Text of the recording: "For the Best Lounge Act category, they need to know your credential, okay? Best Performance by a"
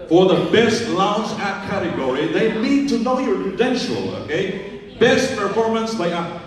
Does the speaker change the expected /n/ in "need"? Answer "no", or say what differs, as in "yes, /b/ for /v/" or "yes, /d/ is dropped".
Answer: yes, /l/ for /n/